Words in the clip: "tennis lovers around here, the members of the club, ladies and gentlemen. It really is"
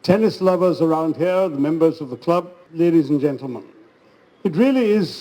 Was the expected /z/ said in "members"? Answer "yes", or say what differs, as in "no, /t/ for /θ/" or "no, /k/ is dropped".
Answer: yes